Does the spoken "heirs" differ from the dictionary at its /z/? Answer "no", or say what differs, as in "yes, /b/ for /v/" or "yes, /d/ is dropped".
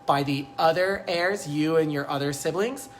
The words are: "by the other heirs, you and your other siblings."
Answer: no